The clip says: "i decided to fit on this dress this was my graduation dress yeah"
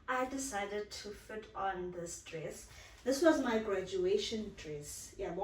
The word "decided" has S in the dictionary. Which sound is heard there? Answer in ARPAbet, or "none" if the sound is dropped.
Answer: S